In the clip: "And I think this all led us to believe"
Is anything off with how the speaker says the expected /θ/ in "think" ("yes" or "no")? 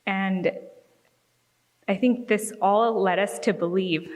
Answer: no